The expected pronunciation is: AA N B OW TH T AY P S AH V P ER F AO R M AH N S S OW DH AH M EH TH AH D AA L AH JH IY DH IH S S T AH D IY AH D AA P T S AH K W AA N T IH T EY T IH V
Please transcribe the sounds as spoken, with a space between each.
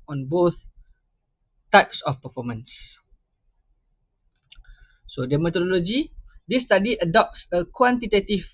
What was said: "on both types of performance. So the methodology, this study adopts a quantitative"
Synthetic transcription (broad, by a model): AA N B OW TH T AY P S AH F P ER F AO M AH N S S OW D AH M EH T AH D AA L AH JH IY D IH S S T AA D IY AH D AA P T S AH K W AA N T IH T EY T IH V